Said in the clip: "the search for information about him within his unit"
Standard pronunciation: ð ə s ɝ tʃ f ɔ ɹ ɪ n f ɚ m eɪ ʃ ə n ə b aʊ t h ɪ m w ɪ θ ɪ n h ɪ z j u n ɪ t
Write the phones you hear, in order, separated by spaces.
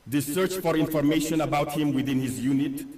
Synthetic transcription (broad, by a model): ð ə s ɝ tʃ f ɔ ɹ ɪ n f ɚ m eɪ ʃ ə n ə b aʊ t h ɪ m w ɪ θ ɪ n h ɪ z j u n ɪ t